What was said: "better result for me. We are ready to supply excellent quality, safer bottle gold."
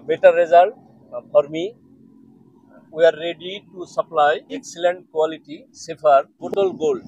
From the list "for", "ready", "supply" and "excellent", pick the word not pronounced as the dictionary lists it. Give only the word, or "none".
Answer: for